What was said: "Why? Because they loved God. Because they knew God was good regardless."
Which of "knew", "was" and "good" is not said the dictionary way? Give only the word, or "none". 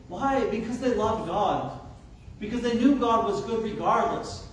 none